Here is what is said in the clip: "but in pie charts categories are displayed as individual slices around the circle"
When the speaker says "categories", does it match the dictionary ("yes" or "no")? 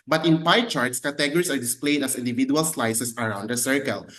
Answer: no